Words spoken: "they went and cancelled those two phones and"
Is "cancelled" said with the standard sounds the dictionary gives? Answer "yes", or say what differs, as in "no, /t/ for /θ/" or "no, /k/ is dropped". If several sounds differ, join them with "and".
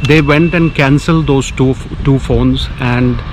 yes